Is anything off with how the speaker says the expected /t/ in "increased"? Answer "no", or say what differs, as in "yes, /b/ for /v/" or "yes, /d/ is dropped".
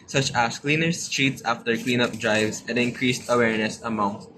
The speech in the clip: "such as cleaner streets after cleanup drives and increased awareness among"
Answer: no